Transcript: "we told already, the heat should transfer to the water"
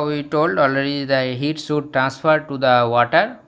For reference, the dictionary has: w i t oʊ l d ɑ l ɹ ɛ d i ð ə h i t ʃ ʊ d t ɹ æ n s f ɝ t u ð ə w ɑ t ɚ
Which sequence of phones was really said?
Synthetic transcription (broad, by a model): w i t oʊ l d ɑ l ɹ ɛ d i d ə h i t s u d t ɹ æ n s f ɝ t u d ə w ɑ t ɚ